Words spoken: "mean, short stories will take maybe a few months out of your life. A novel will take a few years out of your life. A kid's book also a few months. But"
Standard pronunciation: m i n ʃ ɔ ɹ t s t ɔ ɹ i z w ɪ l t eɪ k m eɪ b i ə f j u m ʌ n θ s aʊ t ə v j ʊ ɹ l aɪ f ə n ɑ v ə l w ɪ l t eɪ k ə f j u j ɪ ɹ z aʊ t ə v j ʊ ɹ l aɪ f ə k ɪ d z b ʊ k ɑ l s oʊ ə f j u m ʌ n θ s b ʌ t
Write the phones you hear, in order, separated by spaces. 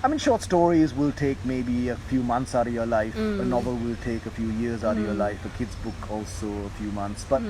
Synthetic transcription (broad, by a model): m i n ʃ ɔ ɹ t s t ɔ ɹ i z w ɪ l t eɪ k m eɪ b i ə f j u m ʌ n θ s aʊ t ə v j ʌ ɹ l aɪ f ə n ɑ v ə l w ɪ l t eɪ k ə f j u j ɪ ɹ z aʊ t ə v j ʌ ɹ l aɪ f ə k ɪ d z b ʊ k ɑ l s oʊ ə f j u m ʌ n θ s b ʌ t